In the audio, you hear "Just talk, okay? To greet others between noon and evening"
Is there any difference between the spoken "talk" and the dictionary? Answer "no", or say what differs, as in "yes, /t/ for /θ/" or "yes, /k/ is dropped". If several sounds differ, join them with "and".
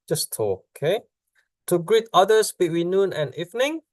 yes, /k/ is dropped